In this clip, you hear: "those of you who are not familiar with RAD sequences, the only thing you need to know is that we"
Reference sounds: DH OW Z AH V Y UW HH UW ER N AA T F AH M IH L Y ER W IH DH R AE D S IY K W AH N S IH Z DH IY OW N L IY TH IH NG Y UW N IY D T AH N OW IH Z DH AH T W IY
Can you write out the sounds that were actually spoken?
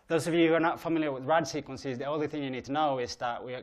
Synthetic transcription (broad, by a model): DH OW Z AH V Y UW HH UW ER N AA T F AH M IH L Y ER W IH DH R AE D S IY K W AH N S IH Z DH IY OW N L IY TH IH NG Y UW N IY D T AH N OW IH Z DH AH T W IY